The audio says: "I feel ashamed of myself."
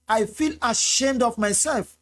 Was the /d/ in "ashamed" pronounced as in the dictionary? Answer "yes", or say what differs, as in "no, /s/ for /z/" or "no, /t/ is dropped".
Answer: yes